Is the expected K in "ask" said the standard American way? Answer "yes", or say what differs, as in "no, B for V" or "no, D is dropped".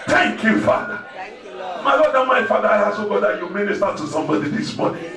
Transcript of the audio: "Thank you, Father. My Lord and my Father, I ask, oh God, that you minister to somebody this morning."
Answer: no, K is dropped